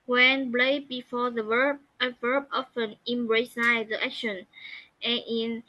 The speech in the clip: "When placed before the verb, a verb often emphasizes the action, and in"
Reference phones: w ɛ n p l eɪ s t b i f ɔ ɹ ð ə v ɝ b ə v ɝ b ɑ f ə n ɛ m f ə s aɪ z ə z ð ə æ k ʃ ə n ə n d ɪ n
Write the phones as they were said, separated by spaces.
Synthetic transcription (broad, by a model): w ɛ n b l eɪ b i f ɔ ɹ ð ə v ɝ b ə v ɝ b ɑ f ə n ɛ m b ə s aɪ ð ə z æ k ʃ ə n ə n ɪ n